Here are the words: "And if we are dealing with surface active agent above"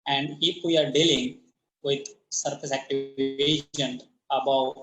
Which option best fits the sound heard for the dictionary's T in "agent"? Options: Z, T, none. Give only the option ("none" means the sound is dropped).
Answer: none